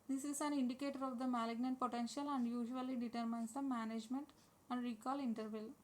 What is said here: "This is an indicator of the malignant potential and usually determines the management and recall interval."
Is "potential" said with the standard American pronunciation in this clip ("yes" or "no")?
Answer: yes